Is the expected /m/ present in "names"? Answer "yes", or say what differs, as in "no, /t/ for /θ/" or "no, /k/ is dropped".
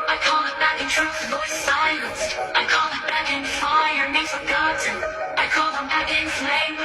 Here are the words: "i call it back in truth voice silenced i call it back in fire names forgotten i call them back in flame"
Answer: no, /m/ is dropped